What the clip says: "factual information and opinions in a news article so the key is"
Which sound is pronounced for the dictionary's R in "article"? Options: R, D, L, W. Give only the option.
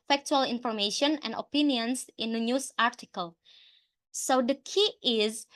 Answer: R